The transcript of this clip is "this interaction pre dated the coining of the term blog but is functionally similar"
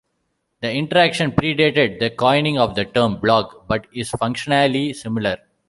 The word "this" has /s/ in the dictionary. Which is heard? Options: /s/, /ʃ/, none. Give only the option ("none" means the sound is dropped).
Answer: none